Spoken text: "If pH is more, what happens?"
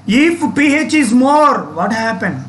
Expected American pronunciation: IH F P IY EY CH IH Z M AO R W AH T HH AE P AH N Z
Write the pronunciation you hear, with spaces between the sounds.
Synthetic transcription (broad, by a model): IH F P IY EY CH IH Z M AO R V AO T HH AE P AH N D